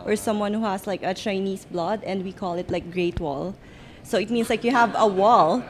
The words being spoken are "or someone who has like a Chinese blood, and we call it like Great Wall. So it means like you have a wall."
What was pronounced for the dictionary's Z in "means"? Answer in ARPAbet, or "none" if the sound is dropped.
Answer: S